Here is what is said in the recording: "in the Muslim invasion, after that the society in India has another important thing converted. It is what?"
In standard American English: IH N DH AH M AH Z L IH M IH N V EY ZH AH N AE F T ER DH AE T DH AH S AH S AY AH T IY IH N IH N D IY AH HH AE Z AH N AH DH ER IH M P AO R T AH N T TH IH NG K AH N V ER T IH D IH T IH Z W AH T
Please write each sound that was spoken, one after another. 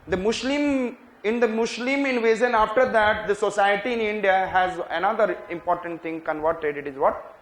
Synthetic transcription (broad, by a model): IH N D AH M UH S L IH M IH N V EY Z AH N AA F T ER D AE T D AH S AH S AY AH T IY IH N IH N D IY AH HH AE Z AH N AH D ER IH M P AO R T AH N T T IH NG K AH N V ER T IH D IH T IH Z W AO T